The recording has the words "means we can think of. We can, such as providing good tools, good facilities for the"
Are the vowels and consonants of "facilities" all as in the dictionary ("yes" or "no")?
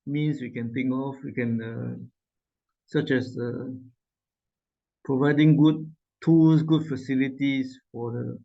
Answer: no